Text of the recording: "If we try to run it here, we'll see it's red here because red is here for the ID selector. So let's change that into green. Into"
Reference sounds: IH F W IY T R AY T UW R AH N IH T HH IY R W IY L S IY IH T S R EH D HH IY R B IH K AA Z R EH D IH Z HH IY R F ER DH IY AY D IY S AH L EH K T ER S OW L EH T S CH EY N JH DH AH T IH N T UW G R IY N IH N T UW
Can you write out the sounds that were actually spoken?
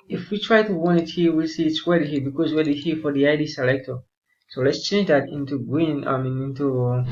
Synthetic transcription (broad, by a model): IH F W IY T R AY T UW W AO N IH T HH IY W IY L S IY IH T S W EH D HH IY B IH K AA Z W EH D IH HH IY F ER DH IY AY D IY S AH L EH K T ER S OW L EH T S CH EY N JH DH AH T IH N T UW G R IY N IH N T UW